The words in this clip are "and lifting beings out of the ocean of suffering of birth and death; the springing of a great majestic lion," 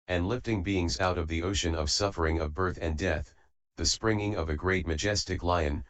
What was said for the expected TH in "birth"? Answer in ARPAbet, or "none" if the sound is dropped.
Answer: TH